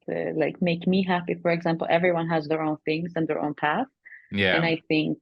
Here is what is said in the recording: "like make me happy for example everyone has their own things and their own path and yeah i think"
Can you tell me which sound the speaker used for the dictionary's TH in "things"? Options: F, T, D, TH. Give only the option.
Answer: TH